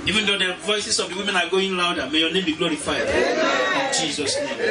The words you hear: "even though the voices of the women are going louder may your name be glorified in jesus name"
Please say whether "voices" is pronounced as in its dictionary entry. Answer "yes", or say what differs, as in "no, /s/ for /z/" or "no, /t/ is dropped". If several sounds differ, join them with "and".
no, /s/ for /z/